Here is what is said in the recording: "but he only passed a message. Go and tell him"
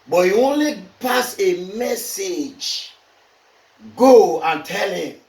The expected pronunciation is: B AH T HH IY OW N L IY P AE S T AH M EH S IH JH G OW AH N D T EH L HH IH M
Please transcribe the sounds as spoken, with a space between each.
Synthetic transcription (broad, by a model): B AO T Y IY OW N L IY P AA S AH M EH S IH JH G OW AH N T EH L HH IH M